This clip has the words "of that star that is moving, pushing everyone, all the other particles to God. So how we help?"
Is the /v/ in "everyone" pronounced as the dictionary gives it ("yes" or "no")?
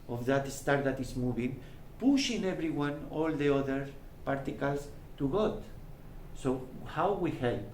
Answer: no